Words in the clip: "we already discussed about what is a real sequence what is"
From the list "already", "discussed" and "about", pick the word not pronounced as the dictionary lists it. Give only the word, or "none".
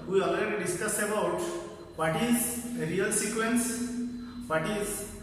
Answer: discussed